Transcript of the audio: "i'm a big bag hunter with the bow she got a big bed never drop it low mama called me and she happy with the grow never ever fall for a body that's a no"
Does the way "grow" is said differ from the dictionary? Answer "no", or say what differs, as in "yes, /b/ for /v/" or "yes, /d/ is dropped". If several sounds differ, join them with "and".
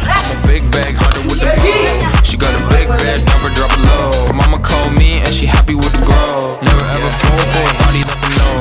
yes, /ɹ/ is dropped